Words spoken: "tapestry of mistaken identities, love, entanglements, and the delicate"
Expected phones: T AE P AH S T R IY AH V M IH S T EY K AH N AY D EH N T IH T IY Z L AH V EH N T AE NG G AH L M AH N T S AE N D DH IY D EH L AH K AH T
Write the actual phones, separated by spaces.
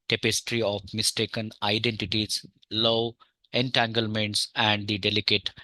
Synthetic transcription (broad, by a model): T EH P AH S T R IY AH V M IH S T EY K AH N AY D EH N T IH T IY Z L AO EH N T AE NG G AH L M AH N T S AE N D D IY D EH L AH K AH T